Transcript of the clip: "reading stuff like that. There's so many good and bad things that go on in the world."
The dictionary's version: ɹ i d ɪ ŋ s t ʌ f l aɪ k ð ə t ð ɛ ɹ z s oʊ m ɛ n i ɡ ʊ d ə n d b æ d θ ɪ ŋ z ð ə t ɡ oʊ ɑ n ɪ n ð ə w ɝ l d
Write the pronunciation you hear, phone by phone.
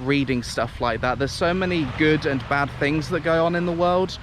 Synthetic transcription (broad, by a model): ɹ i d ɪ ŋ s t ʌ f l aɪ k ð ə t ð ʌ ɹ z s oʊ m ɛ n i ɡ ʊ d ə n b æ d θ ɪ ŋ z ð ə t ɡ oʊ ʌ n ɪ n ð ə w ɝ l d